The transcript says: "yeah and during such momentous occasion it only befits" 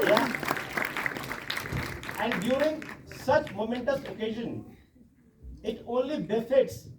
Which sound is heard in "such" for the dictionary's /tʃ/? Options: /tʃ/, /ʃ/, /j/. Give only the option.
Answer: /tʃ/